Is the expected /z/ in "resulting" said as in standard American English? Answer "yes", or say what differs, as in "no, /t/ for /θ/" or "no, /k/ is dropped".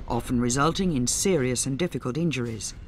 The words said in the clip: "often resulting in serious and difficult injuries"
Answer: yes